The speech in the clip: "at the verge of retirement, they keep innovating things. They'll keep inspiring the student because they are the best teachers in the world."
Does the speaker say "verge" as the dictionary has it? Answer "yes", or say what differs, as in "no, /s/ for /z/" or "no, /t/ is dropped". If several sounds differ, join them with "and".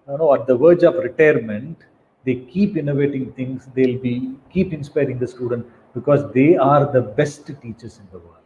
yes